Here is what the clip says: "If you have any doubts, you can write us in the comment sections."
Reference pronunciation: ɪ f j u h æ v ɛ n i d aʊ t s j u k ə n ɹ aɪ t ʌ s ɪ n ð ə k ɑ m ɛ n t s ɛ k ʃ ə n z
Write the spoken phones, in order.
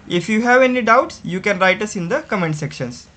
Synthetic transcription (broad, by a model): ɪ f j u h æ v ɛ n i d aʊ t s j u k ə n ɹ aɪ t ʌ s ɪ n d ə k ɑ m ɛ n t s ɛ k ʃ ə n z